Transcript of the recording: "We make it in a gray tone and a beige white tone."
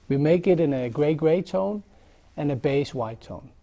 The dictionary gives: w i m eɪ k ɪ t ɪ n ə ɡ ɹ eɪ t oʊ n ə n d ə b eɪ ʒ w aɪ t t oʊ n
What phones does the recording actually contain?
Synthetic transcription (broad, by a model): w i m eɪ k ɪ t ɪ n ə ɡ ɹ eɪ t oʊ n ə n ə b eɪ s w aɪ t t oʊ n